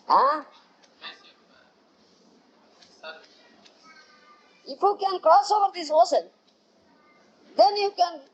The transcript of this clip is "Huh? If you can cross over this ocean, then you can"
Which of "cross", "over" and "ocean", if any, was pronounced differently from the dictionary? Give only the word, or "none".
ocean